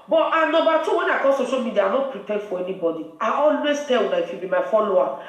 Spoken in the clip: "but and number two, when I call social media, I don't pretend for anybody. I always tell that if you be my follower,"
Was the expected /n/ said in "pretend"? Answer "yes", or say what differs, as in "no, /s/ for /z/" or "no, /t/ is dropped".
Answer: no, /n/ is dropped